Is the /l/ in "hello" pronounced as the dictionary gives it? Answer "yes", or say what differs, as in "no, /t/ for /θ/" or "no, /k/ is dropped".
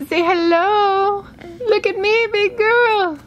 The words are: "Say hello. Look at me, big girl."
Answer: yes